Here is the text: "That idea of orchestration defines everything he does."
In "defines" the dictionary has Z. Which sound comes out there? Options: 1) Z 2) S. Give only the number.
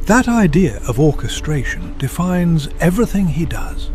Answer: 1